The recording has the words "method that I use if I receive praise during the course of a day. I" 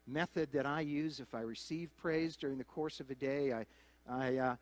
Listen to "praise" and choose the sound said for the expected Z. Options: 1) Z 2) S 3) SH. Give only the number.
1